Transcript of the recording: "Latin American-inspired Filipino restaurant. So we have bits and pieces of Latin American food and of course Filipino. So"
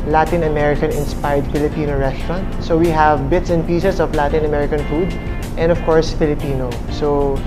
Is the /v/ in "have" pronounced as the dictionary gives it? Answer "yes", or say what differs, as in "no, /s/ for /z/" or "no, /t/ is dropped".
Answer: yes